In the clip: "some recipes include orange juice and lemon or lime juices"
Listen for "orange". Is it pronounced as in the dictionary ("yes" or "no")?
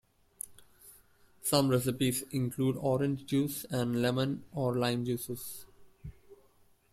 yes